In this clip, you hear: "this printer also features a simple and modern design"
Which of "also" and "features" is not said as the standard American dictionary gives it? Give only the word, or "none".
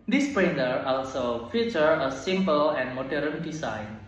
features